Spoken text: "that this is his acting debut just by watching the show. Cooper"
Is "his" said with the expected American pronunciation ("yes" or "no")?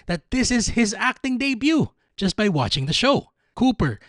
yes